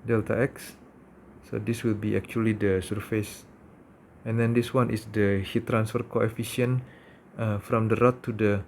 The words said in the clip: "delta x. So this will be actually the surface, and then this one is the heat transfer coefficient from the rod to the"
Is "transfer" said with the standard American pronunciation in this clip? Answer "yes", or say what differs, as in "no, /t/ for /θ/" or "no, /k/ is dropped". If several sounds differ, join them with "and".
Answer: yes